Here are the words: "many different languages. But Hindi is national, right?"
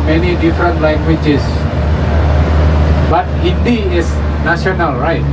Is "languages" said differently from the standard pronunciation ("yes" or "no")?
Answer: yes